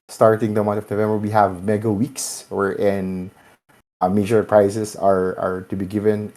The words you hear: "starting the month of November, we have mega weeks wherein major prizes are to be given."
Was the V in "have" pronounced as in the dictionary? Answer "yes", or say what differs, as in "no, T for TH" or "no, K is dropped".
yes